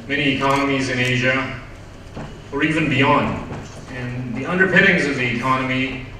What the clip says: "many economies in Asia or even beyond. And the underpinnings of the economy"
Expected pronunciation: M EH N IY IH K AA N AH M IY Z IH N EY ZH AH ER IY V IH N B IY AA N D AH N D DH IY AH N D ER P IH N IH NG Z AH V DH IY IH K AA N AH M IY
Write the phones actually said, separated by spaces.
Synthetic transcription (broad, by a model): M EH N IY IH K AA N AH M IY Z IH N EY ZH AH ER IY V IH N B IY AA N D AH N DH IY AH N D ER P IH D IH NG Z AH V DH IY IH K AA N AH M IY